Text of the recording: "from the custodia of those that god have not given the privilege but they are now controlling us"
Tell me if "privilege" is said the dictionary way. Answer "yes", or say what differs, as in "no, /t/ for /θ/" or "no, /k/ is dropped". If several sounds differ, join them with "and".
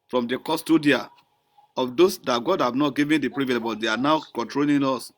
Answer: no, /l/ is dropped